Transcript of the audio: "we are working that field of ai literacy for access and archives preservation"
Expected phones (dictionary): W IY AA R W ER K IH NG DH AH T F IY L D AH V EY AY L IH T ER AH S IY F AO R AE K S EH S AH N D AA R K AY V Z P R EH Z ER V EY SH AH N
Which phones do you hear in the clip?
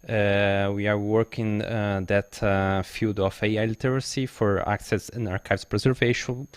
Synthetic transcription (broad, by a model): W IY AA R W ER K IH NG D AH T F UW D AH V EY AY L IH T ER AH S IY F AO R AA K S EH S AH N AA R K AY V S P R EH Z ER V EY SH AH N